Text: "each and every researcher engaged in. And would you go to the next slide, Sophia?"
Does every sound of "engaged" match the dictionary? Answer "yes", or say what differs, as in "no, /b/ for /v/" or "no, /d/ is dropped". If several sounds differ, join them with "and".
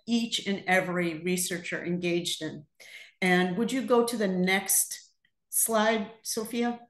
yes